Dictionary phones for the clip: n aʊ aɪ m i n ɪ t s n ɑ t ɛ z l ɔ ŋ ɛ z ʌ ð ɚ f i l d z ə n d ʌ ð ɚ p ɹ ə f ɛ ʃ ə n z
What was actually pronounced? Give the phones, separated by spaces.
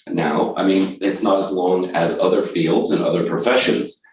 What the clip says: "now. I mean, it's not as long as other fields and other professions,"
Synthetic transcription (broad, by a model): n aʊ aɪ m i n ɪ t s n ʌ t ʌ z l ɔ ŋ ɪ z ʌ ð ɚ f i l d z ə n ʌ ð ɚ p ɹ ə f ɛ ʃ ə n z